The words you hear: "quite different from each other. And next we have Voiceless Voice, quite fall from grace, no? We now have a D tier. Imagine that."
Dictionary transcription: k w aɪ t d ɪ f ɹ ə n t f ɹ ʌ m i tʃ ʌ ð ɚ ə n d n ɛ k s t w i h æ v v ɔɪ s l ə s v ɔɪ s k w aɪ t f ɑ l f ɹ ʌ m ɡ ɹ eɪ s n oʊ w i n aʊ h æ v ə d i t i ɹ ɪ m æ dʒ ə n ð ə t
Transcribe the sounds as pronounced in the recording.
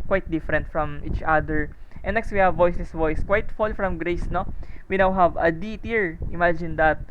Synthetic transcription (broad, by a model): k w aɪ t d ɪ f ɹ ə n t f ɹ ʌ m i tʃ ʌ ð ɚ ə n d n ɛ k s t w i h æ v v ɔɪ s ə s v ɔɪ s k w aɪ t f ɑ l f ɹ ʌ m ɡ ɹ eɪ s n oʊ w i n aʊ h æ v ə d i t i ɹ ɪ m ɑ dʒ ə n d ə t